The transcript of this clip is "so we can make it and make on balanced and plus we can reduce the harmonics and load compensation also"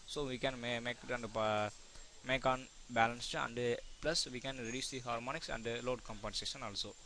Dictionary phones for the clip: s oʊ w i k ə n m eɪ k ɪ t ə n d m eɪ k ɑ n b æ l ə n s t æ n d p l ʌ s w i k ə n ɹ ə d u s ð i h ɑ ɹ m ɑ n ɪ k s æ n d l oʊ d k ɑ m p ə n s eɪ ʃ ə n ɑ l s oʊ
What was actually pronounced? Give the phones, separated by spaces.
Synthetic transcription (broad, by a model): s oʊ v i k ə n m eɪ k ɪ t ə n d m eɪ k ɑ n b æ l ə n s t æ n d p l ʌ s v i k ə n ɹ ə d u s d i h ɑ ɹ m ɑ n ɪ k s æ n d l oʊ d k ɑ m p ə n s eɪ ʃ ə n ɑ l s oʊ